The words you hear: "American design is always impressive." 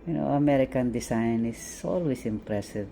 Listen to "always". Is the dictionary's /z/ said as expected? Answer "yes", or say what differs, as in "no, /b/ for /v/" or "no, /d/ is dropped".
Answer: no, /s/ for /z/